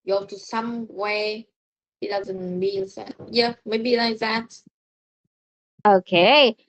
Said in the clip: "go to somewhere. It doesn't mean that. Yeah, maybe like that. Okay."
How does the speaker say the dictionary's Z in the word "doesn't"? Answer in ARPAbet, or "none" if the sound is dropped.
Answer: Z